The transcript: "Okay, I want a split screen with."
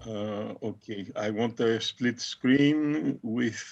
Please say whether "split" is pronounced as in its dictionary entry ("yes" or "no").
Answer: yes